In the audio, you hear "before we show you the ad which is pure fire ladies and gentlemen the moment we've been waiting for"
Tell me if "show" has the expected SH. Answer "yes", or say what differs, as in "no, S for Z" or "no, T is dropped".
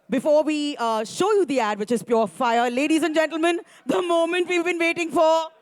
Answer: yes